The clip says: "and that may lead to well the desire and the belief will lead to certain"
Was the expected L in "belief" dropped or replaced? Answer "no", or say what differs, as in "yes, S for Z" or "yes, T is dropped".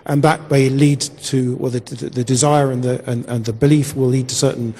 no